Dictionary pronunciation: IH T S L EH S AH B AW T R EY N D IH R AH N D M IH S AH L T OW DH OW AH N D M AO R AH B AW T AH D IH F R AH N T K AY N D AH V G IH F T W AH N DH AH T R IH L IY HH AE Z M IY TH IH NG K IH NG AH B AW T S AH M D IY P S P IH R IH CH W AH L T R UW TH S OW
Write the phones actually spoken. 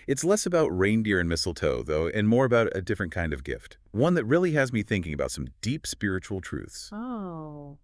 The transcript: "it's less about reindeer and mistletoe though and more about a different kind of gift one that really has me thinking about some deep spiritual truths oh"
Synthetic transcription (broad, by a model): IH T S L EH S AH B AW T R EY N D IH R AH N M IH S L T OW DH OW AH N M AO R AH B AW T AH D IH F R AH N K AY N D AH V G IH F T W AH N DH AH T R IH L IY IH Z M IY TH IH NG K IH NG AH B AW T S AH M D IY P S P IH R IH CH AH L T R UW TH S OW